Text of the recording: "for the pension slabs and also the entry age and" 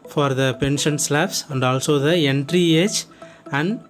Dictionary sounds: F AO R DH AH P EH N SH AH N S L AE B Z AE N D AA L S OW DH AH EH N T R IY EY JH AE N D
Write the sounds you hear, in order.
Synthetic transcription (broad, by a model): F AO R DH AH P EH N SH AH N S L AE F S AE N D AA L S OW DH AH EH N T R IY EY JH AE N D